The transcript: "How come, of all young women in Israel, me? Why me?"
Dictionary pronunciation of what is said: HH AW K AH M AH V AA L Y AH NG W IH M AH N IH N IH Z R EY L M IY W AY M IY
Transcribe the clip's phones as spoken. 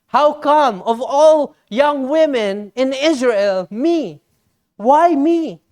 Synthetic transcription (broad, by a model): HH AW K AH M AH V AA L Y AH NG W IH M AH N IH N IH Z R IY L M IY W AY M IY